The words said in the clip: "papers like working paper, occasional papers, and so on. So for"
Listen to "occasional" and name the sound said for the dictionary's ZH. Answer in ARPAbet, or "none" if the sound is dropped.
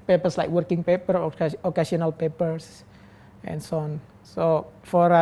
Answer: S